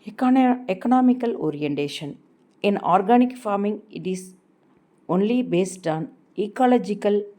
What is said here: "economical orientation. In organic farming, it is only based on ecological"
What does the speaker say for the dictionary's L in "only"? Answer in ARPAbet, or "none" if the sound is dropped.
L